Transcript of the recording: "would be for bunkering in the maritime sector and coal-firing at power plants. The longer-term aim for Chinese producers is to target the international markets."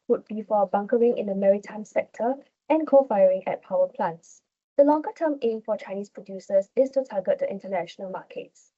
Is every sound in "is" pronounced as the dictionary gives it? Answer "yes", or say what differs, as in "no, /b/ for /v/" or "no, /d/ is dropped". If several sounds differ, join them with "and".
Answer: no, /s/ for /z/